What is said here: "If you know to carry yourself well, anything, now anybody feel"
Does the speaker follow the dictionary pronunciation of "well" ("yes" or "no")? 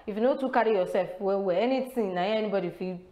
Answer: no